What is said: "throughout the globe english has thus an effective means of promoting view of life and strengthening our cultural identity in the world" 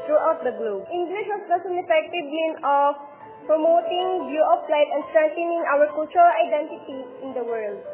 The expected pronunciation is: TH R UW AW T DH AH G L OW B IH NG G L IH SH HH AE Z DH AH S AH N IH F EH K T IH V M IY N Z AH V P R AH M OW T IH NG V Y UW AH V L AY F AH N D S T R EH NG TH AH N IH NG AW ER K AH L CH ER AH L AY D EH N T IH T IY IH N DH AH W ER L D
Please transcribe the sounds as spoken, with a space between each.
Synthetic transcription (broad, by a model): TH R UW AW T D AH G L OW B IH NG G L IH SH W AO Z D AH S AH N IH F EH K T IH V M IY N AH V P R AH M OW T IH NG B Y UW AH F L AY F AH N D S T R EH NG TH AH N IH NG AW ER K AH L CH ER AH L AY D EH N T IH T IY IH N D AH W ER L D